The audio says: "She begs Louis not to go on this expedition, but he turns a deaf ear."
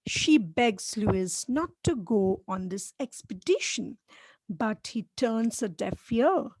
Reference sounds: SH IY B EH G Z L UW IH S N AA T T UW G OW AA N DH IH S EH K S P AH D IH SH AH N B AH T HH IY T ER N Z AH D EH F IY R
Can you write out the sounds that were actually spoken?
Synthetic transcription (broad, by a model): SH IY B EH G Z L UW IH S N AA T T UW G OW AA N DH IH S EH K S P AH D IH SH AH N B AH T HH IY T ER N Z AH D EH F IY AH